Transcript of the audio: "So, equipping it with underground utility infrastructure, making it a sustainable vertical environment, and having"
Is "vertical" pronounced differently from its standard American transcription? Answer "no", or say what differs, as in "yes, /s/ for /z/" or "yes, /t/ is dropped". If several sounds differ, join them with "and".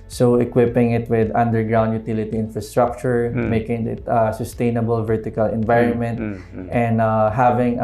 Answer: no